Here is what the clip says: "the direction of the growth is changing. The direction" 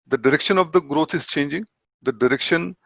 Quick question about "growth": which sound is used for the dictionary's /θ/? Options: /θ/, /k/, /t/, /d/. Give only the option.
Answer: /t/